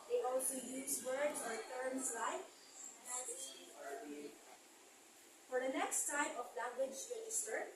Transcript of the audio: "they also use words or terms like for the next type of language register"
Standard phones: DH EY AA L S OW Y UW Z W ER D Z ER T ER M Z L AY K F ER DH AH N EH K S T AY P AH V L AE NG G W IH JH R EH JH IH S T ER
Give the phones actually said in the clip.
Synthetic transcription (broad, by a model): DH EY AA L S OW Y UW Z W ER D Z ER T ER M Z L AY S F ER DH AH N EH K S T AY P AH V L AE G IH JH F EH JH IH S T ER